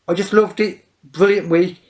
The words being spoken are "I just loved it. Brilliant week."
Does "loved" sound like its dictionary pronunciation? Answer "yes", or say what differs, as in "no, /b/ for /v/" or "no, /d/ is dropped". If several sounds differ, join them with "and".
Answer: yes